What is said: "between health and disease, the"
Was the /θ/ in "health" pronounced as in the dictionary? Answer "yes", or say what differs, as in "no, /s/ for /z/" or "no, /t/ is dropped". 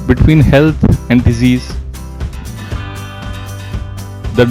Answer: no, /t/ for /θ/